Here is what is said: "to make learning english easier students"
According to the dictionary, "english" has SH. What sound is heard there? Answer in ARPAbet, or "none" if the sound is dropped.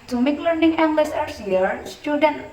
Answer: S